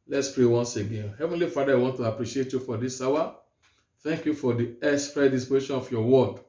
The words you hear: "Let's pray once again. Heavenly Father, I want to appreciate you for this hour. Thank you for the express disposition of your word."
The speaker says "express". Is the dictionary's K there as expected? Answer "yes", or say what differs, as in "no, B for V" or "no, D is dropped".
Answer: no, K is dropped